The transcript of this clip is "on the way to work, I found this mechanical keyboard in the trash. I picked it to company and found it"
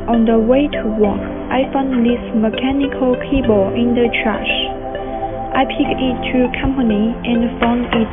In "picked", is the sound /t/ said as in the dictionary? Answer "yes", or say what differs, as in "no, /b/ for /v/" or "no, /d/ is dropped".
no, /t/ is dropped